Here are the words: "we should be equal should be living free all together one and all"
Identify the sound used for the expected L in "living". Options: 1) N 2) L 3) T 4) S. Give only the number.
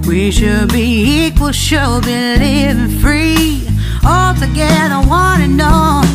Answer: 1